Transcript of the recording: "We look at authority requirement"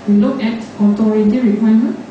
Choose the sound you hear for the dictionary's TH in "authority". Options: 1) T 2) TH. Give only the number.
1